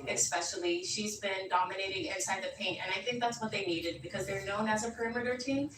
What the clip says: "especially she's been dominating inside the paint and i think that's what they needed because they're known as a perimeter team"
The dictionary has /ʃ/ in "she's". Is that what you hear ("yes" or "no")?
yes